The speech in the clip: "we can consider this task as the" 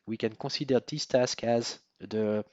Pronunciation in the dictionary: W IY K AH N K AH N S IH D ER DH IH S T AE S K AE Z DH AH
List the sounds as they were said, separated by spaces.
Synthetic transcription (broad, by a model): W IY K AH N K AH S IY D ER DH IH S T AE S K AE Z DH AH